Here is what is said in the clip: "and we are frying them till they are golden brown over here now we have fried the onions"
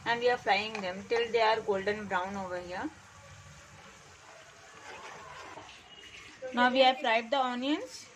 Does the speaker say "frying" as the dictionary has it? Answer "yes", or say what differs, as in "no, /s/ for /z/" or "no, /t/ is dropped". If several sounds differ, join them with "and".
no, /l/ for /ɹ/